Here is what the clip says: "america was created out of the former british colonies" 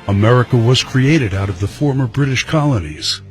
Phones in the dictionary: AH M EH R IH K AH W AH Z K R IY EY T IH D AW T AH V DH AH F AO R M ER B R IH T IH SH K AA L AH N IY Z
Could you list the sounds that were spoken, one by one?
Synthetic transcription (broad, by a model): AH M EH R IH K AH W AH Z K R IY EY T IH D AW T AH V DH AH F AO R M ER B R IH T IH SH K AA L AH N IY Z